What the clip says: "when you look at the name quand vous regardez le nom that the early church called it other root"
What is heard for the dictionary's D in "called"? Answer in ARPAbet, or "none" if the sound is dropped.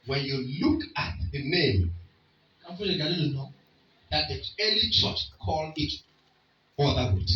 none